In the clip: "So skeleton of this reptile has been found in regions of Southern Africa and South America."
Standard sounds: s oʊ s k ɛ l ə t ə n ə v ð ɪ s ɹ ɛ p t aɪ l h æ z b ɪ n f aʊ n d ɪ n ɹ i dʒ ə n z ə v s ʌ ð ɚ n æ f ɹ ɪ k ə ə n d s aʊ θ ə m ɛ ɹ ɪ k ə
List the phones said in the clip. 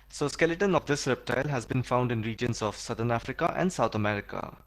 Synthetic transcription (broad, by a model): s oʊ s k ɛ l ə t ə n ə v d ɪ s ɹ ɛ p t aɪ l h æ z b ɪ n f aʊ n d ɪ n ɹ i dʒ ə n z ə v s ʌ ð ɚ n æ f ɹ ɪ k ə ə n d s aʊ t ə m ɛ ɹ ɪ k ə